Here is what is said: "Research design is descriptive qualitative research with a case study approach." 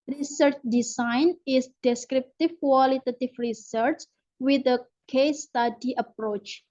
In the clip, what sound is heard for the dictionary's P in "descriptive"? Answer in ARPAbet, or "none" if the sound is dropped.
P